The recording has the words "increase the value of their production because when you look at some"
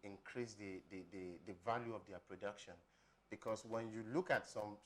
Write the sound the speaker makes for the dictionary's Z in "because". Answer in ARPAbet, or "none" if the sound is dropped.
S